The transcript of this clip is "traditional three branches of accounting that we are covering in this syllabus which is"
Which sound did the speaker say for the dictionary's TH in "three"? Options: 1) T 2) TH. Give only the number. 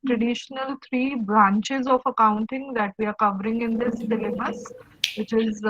1